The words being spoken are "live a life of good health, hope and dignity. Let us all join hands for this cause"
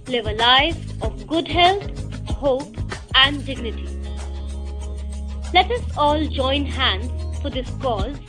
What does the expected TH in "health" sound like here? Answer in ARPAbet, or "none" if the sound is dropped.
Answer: T